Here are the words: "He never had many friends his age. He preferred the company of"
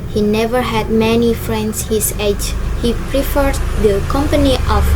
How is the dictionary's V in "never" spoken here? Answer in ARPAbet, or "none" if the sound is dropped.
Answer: V